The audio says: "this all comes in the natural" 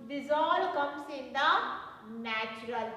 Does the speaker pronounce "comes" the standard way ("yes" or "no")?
no